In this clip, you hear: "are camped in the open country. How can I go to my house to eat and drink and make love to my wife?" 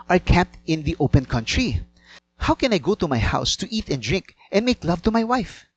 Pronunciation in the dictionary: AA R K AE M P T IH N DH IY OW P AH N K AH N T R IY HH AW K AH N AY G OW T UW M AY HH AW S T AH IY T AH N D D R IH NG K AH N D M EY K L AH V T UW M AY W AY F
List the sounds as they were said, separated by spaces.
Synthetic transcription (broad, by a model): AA R K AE P T IH N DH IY OW P AH N K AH N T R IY HH AW K AH N AY G OW T UW M AY HH AW S T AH IY T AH N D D R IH NG K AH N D M EY K L AH V T UW M AY W AY F